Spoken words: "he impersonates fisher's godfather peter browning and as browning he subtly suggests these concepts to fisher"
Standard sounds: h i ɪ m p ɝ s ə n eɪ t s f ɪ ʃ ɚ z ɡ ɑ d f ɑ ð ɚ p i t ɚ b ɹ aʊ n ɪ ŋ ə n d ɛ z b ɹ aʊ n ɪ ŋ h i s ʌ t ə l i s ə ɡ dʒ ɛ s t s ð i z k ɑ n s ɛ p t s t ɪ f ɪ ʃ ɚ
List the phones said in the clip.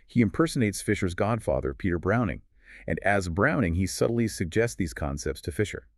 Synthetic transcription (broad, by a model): h i ɪ m p ɝ s ə n eɪ t s f ɪ ʃ ɚ z ɡ ɑ d f ɑ ð ɚ p i t ɚ b ɹ aʊ n ɪ ŋ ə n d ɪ z b ɹ aʊ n ɪ ŋ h i s ʌ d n l i s ə ɡ dʒ ɛ s t s ð i z k ɑ n s ɛ p t s t ɪ f ɪ ʃ ɚ